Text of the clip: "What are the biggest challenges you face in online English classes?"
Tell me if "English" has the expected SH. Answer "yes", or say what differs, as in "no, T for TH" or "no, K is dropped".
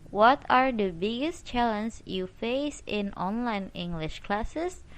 yes